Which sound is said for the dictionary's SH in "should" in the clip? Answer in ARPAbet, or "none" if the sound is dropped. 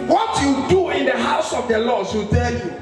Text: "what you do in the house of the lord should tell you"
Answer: S